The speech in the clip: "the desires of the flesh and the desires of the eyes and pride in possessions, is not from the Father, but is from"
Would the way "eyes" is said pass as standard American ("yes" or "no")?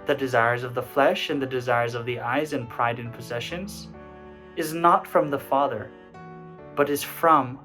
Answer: yes